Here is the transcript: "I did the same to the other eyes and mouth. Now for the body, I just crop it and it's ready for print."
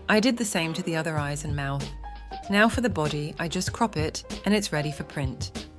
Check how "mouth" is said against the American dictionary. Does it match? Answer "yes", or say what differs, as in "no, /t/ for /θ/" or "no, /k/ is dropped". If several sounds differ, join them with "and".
yes